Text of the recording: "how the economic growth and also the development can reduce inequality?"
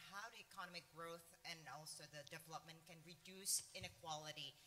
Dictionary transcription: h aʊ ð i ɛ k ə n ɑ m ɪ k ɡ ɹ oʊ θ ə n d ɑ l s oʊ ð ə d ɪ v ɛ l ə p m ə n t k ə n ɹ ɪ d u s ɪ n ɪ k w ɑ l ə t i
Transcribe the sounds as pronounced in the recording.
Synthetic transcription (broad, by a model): h aʊ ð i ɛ k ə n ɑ m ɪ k ɡ ɹ oʊ θ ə n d ɑ l s oʊ ð ə d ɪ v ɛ l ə p m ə n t k ə n ɹ ɪ d u s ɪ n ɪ k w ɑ l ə t i